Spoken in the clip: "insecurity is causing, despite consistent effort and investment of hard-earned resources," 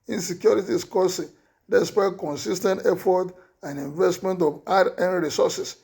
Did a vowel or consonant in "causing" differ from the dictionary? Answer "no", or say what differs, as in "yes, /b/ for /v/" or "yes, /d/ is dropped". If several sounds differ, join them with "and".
yes, /s/ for /z/